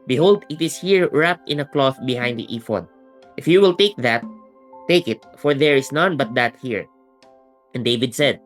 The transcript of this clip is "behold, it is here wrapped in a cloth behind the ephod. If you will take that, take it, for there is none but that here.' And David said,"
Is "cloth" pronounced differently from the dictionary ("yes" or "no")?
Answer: no